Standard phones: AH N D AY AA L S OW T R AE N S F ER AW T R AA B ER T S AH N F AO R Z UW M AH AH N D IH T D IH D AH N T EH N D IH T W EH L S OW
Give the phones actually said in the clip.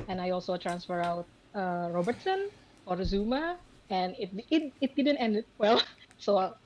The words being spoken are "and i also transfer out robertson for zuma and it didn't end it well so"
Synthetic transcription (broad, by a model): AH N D AY AA L S OW T R AE N S F ER AW T R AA B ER T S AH N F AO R Z UW M AH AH N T IH T D IH D AH N T EH N D IH T W EH L S OW